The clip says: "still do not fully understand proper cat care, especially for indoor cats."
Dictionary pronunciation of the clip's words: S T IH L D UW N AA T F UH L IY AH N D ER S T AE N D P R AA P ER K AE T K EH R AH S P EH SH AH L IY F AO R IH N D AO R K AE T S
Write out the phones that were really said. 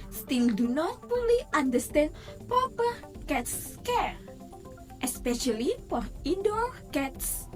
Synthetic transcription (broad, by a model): S T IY L D UW N AA T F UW L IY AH N D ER S T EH N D P R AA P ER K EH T K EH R AH S P EH SH AH L IY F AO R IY D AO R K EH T S